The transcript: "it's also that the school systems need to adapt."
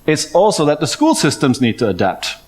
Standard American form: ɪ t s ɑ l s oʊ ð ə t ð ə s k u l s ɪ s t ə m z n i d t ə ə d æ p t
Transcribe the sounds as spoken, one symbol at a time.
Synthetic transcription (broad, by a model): ɪ t s ɑ l s oʊ ð ə t ð ə s k u l s ɪ s t ə m z n i d t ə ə d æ p t